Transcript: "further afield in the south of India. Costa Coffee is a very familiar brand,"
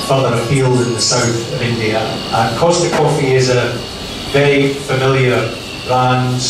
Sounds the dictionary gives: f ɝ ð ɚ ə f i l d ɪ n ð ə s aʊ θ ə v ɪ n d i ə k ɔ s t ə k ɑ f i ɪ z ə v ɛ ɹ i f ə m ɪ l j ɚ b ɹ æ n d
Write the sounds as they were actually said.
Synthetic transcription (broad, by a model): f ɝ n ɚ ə p i l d ɪ n ð ə s aʊ θ ə v ɪ n d i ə k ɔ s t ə k ɑ f i ɪ z ə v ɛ i f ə m ɪ l j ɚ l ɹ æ n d